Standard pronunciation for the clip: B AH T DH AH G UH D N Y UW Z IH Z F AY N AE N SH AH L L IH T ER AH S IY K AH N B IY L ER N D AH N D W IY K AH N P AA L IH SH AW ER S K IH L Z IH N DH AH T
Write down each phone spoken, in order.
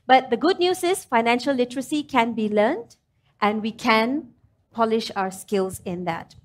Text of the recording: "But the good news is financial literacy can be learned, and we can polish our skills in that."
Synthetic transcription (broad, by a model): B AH T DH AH G UH D N Y UW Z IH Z F AY N AE N SH AH L L IH T ER AH S IY K AH N B IY L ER N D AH N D W IY K AH N P AA L IH SH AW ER S K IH L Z IH N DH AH T